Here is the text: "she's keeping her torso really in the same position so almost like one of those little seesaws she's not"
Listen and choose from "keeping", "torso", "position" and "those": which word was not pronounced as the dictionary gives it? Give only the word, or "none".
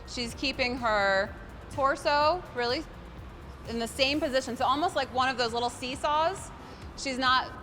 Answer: none